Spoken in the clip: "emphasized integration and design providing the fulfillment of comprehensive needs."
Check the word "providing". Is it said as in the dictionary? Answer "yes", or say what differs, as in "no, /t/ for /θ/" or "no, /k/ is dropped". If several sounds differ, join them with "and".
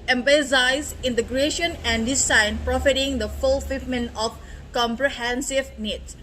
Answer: no, /f/ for /v/